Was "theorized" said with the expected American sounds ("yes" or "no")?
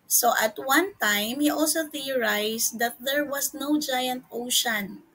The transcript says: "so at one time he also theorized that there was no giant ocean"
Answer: no